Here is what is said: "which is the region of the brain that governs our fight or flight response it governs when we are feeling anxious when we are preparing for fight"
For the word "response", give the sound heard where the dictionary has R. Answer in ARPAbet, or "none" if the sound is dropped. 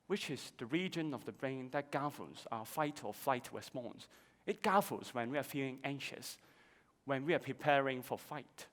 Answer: W